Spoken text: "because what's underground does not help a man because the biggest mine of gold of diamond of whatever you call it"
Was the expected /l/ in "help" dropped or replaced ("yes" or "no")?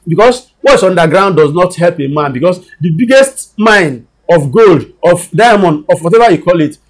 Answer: no